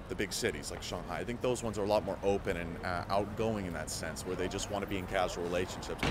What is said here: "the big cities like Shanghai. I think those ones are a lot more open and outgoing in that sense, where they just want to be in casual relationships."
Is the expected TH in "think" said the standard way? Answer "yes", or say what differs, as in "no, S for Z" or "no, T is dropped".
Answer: yes